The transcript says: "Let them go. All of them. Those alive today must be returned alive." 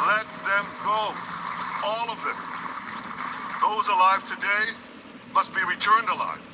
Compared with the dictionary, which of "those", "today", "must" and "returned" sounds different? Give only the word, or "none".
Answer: none